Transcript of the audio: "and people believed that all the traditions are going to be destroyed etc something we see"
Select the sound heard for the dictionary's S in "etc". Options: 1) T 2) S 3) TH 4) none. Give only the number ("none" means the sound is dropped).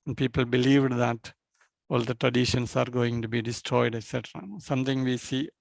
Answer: 2